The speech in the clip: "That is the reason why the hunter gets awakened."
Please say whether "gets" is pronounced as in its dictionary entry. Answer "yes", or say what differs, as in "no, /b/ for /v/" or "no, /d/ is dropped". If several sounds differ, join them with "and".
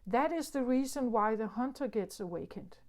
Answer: yes